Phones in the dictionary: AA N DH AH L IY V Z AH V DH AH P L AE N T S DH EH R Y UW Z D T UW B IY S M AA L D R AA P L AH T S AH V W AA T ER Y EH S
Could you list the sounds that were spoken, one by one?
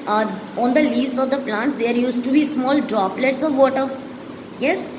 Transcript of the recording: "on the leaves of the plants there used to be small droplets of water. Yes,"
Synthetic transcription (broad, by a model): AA N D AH L IY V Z AH V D AH P L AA N T S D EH R Y UW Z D T UW B IY S M AA L D R AA P L AH T S AH V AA T ER Y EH S